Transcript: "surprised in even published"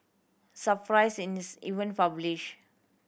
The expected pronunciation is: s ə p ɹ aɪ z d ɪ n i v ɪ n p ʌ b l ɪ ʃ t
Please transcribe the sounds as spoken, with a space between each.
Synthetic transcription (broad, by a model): s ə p ɹ aɪ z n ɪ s i v ɪ n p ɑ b l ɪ ʃ